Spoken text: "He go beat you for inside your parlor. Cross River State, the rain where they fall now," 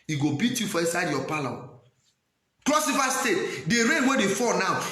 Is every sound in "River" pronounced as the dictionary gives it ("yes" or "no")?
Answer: no